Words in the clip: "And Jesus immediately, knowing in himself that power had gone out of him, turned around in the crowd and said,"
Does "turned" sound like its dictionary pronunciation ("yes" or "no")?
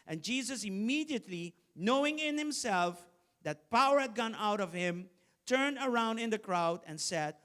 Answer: yes